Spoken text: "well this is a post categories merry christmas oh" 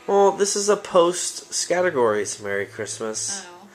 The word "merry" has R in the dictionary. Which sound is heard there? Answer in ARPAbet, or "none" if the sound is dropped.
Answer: R